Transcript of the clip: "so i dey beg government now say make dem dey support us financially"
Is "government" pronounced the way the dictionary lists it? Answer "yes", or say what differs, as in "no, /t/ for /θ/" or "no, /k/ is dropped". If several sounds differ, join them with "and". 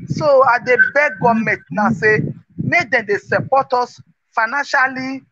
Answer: no, /n/ is dropped